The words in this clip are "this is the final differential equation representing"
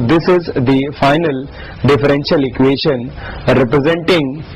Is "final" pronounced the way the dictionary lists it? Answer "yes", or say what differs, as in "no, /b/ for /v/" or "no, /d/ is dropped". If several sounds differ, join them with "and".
yes